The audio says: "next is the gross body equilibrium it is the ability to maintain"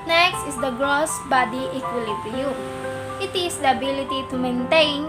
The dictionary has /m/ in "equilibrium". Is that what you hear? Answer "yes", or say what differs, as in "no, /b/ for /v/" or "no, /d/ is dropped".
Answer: no, /m/ is dropped